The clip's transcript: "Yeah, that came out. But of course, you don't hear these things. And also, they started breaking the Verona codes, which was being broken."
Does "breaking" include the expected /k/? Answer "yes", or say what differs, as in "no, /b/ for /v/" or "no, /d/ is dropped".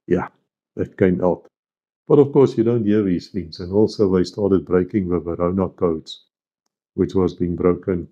yes